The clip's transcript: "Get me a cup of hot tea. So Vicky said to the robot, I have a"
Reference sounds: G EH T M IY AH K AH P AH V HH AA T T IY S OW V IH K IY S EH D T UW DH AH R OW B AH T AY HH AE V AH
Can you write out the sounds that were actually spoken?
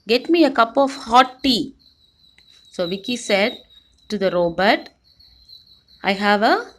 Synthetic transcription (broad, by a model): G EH T M IY AH K AH P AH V HH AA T T IY S OW V IH K IY S EH D T UW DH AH R OW B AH T AY HH AE V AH